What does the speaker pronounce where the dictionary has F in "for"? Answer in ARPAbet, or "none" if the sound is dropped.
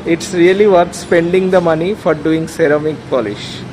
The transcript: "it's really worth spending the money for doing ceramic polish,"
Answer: F